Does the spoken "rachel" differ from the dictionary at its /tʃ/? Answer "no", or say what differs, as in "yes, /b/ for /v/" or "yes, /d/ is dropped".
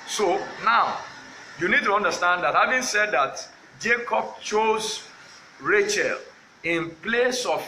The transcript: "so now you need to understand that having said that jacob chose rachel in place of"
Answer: no